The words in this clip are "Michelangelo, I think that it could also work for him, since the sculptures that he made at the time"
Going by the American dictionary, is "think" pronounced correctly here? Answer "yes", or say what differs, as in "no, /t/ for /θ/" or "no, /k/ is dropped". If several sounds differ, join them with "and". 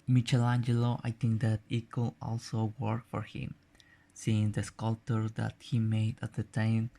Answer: no, /t/ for /θ/